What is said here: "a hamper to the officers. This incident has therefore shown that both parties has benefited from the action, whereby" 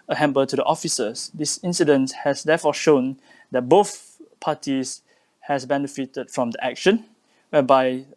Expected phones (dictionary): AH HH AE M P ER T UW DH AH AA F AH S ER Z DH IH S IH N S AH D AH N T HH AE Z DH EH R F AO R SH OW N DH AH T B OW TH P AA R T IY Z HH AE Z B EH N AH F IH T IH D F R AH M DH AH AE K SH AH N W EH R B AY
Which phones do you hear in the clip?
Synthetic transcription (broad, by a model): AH HH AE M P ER T UW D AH AA F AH S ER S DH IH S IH N S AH D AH N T HH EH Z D EH F AO SH OW N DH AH T B OW TH P AA T IY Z HH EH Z B EH N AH F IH T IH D F R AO M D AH AE K SH AH N W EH B AY